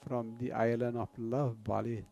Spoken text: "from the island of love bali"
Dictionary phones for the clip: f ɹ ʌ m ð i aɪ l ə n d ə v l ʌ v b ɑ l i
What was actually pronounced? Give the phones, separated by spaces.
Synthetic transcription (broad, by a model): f ɹ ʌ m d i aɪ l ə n ə p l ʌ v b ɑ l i